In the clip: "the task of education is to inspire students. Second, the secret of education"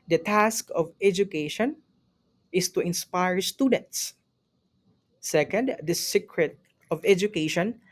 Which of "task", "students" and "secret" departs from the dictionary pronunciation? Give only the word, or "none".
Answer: none